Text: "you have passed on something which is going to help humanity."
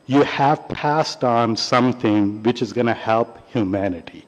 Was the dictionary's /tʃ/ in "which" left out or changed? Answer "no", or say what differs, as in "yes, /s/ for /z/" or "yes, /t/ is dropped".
no